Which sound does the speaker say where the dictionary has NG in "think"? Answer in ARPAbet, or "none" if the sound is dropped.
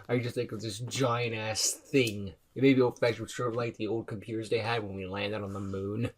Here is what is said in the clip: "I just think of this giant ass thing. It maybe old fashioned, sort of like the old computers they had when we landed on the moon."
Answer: none